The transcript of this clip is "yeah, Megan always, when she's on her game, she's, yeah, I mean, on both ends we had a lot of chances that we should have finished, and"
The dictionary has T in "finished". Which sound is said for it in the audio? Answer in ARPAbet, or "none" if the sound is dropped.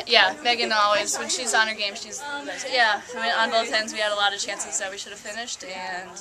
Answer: T